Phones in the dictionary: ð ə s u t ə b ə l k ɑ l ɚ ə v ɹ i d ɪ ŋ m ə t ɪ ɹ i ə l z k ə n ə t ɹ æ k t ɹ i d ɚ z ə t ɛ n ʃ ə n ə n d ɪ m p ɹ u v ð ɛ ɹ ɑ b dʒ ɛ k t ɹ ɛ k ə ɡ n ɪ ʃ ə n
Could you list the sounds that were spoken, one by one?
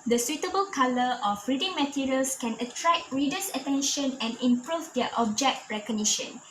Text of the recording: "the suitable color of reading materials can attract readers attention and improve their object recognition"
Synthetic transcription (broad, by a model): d ə s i t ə b ə l k ɑ l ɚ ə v ɹ i d ɪ ŋ m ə t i ɹ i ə l s k ə n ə t ɹ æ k ɹ i d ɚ s ə t ɛ n ʃ ə n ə n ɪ m p ɹ u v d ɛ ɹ ɑ b dʒ ɛ k t ɹ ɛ k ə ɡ n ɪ ʃ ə n